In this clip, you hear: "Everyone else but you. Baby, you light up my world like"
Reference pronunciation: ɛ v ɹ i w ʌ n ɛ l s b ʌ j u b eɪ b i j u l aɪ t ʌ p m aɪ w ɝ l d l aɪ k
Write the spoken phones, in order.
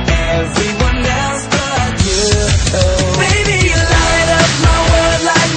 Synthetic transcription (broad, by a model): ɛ v ɹ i w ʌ n ɛ l s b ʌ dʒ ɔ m eɪ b i j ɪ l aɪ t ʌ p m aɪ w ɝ d l aɪ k